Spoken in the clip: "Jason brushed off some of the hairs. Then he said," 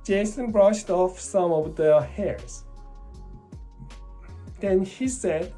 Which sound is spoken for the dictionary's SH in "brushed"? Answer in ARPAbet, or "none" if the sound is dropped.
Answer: SH